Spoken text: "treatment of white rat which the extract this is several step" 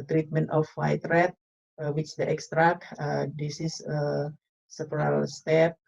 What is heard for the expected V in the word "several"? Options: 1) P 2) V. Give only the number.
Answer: 1